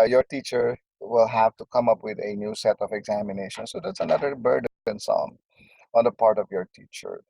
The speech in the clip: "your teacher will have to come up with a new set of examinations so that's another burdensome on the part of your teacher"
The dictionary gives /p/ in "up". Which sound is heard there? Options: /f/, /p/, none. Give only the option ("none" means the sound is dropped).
/p/